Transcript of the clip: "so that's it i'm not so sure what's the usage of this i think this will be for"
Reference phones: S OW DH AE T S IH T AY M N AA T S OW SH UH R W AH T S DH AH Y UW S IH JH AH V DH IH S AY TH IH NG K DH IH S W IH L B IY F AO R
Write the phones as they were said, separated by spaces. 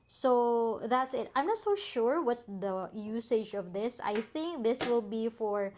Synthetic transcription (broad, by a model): S OW DH AE T S IH T AY M N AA T S OW SH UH R W AH T S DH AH Y UW S IH JH AH V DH IH S AY TH IH NG K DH IH S W IH L B IY F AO R